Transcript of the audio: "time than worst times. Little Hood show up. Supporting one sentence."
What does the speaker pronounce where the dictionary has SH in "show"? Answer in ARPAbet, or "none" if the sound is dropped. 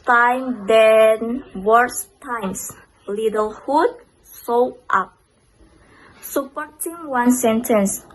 S